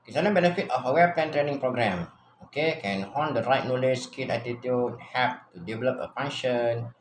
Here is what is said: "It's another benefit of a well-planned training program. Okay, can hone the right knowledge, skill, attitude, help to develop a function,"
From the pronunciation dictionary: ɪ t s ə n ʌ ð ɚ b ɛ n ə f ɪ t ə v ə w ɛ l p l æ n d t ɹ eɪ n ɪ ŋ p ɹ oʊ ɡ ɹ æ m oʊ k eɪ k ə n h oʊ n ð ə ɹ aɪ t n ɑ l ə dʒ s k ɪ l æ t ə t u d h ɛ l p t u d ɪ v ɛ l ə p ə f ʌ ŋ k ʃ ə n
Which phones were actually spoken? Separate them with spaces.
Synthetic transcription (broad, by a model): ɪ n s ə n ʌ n b ɛ n ə f ɪ t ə f ə w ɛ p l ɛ n t ɹ eɪ n ɪ ŋ p ɹ oʊ ɡ ɹ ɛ m oʊ k eɪ k ə n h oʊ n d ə ɹ aɪ t n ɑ l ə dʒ s k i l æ t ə t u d h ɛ p t u d ɪ v ɛ l ə p ə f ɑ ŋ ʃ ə n